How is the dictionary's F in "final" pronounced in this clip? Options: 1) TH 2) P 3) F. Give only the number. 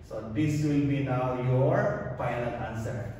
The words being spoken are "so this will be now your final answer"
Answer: 2